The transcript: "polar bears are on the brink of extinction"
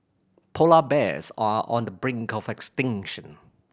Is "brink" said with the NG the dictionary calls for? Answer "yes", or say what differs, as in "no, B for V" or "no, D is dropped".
yes